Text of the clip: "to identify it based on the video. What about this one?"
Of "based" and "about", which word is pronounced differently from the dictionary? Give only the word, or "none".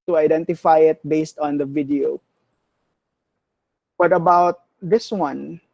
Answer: none